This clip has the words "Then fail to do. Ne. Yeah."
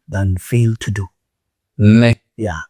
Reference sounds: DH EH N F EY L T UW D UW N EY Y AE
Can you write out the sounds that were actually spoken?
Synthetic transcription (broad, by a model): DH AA N F EY L T UW D UW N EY Y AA